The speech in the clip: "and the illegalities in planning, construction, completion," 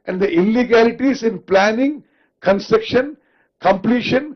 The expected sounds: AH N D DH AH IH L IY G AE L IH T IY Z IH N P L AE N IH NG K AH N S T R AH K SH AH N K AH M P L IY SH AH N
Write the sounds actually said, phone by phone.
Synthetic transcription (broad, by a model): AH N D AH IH L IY G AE L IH T IY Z IH N P L AE N IH NG K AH N S T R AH K SH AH N K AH M P L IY SH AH N